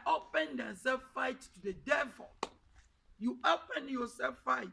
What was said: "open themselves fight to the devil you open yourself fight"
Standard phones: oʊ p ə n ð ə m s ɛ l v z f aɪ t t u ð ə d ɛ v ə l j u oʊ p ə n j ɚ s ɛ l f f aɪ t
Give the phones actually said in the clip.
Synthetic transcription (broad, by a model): oʊ p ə n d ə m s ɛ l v f aɪ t t u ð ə d ɛ v ə l j u oʊ p ə n j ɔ s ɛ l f f aɪ t